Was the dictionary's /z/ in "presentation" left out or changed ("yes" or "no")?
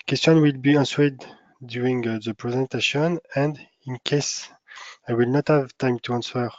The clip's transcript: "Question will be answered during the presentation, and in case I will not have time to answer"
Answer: no